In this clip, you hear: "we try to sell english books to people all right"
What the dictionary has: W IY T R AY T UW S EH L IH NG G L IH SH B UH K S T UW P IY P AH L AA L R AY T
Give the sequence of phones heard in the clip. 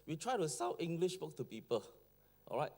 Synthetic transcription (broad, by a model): W IY T R AY T UW S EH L IH NG G L IH SH B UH K T UW P IY P AH L AA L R AY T